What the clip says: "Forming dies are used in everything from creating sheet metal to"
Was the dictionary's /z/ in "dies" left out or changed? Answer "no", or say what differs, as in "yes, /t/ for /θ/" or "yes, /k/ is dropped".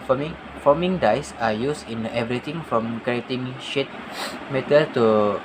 yes, /s/ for /z/